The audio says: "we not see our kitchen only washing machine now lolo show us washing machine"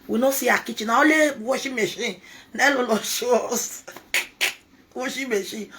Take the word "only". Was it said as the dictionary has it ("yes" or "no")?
no